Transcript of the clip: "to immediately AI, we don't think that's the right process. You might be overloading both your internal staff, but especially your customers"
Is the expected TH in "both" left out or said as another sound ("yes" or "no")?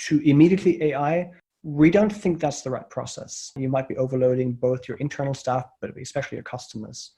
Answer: no